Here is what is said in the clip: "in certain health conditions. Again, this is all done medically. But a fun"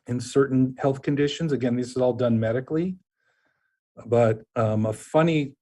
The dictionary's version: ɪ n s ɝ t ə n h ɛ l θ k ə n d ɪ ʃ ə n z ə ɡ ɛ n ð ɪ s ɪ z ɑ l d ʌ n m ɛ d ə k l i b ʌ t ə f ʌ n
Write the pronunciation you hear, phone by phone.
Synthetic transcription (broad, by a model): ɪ n s ɝ t n h ɛ l θ k ə n d ɪ ʃ ə n z ə ɡ ɛ n ð ɪ s ɪ z ɑ l d ʌ n m ɛ d ə k l i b ʌ t ə f ʌ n